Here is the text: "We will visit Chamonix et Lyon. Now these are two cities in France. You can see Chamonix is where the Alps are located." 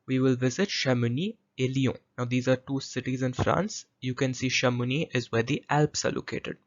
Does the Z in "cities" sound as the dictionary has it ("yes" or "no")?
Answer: yes